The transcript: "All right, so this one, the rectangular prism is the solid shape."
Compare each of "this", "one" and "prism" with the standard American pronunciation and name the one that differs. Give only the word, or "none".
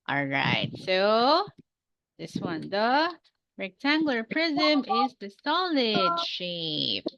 none